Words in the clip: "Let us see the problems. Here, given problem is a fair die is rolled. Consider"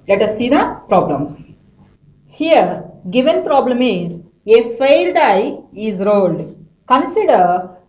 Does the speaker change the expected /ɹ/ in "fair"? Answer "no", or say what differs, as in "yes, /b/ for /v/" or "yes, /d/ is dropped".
yes, /l/ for /ɹ/